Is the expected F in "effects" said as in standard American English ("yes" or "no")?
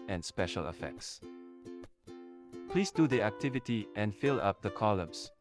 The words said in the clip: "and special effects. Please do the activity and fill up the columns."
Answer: yes